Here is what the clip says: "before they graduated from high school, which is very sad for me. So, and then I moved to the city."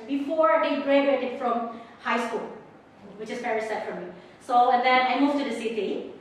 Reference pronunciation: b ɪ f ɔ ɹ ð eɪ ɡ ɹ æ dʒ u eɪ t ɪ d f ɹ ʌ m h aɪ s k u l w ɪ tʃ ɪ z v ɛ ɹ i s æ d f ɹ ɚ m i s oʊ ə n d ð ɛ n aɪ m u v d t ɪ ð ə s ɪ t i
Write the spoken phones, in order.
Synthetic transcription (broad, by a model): b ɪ f ɔ ɹ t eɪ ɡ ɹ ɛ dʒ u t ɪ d f ɹ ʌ m h aɪ s k u l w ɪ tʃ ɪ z p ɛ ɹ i s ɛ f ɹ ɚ m i s oʊ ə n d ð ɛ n aɪ m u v t ɪ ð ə s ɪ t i